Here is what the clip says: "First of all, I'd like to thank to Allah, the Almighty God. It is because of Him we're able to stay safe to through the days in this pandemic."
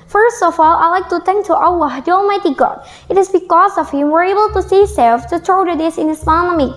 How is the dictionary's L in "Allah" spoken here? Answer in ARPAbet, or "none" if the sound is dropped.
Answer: W